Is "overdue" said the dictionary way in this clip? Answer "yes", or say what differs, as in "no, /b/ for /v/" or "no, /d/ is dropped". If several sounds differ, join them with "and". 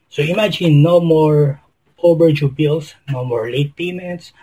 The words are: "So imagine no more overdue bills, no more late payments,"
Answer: no, /b/ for /v/